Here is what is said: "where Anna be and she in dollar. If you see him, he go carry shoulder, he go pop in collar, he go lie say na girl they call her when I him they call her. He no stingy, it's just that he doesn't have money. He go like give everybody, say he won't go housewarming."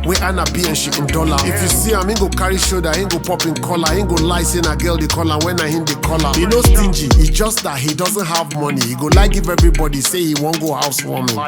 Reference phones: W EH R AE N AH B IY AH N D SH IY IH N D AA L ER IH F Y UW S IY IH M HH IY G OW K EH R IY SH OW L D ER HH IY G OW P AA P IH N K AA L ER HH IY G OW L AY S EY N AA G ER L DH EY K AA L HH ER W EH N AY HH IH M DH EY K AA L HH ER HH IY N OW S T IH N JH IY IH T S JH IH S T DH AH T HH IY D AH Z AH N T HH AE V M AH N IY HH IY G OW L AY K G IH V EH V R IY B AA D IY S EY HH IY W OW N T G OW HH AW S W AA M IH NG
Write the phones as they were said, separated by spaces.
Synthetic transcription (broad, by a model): W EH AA N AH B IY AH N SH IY IH N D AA L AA IH F Y UW S IY IH M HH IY G OW K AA R IY SH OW D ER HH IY G OW P AA P IH N K AA L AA HH IY G OW L AY S EY N AA G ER L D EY K AA L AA W EH N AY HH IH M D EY K AA L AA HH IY N OW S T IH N JH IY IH JH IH S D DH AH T HH IY D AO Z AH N T HH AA V M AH N IY HH IY G OW L AY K G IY V EH V R IY B AA D IY S EY HH IY W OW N G OW HH AW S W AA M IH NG